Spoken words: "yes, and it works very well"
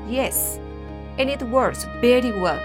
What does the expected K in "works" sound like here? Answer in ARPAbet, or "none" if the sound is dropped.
none